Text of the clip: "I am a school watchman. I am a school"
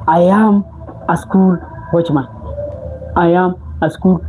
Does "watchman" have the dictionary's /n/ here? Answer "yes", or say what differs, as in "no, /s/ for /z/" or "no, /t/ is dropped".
no, /n/ is dropped